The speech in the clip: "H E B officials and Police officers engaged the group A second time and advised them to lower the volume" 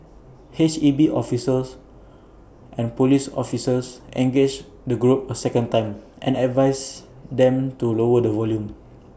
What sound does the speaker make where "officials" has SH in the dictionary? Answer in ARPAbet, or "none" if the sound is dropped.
S